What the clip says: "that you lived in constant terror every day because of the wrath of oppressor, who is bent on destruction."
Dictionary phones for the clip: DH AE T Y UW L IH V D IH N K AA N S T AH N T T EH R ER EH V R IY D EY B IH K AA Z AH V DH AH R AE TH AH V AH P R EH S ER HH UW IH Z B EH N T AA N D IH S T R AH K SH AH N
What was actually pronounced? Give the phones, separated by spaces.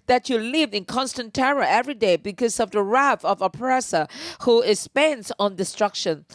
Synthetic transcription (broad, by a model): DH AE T Y UW L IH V IH N K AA N S T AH N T T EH R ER EH V R IY D EY B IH K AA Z AH V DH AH R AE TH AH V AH P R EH S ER HH UW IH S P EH N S AA N D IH S T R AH K SH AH N